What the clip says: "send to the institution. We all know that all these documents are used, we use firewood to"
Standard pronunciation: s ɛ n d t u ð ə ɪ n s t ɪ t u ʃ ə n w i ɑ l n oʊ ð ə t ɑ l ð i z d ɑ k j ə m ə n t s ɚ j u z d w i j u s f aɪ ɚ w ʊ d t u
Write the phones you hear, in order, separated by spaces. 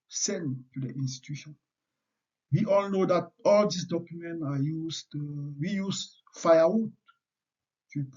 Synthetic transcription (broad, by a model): s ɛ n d t u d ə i n s t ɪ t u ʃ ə n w i ɑ l n oʊ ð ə t ɑ l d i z d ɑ k j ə m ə n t ɑ j u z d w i j u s f aɪ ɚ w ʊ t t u